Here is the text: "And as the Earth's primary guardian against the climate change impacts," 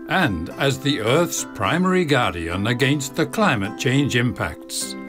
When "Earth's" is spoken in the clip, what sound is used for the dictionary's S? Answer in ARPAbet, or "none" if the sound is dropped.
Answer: S